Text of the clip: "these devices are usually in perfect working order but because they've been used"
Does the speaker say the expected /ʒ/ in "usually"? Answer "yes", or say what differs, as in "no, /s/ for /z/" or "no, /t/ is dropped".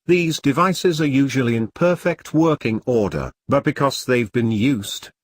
yes